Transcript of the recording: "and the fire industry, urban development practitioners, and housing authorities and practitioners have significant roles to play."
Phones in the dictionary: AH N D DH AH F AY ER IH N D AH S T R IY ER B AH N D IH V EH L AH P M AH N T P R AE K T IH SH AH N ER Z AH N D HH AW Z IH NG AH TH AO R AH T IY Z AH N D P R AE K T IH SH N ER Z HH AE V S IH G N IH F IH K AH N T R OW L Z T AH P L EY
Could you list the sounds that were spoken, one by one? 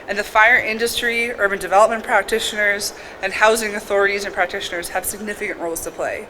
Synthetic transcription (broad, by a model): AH N DH AH F AY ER IH N D AH S T R IY ER B AH N D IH V EH L AH P M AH N P R AE K T IH SH AH N ER Z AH N HH AW Z IH NG AH TH AO R AH T IY Z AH N P R AE K T IH SH N ER Z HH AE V S IH G N IH F IH K AH N T R OW L Z T AH P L EY